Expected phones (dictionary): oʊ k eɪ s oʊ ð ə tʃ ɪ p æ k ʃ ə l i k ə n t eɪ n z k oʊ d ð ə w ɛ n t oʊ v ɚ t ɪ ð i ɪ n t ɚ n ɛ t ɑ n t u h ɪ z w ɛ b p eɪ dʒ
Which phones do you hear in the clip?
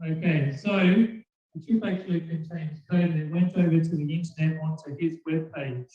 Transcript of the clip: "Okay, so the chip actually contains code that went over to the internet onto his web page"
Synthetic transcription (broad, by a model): oʊ k eɪ s oʊ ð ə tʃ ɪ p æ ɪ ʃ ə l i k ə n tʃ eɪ n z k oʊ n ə w ɛ n t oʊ v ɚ t ɪ ð i ɪ n t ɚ n ɛ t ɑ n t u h ɪ z w ɛ b p eɪ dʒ